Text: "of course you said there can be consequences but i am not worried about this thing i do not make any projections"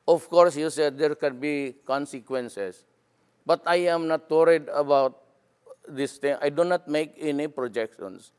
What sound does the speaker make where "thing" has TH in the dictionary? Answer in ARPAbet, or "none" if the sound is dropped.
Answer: T